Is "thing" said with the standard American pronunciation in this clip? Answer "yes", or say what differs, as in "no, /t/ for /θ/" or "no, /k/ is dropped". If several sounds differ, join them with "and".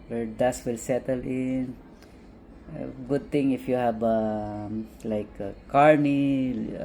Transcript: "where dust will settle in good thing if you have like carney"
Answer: no, /t/ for /θ/